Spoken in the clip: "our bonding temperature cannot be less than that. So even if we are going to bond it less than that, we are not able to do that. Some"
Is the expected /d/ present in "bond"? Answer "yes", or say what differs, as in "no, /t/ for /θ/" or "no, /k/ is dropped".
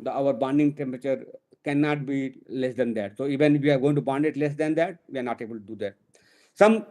yes